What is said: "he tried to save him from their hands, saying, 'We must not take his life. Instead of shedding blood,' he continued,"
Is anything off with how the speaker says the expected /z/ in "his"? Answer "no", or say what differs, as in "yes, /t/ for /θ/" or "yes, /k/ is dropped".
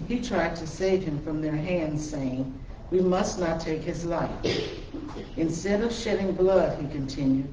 no